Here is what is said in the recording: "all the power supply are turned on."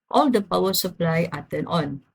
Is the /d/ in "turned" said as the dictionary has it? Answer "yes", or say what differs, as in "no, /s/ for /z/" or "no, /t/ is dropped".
no, /d/ is dropped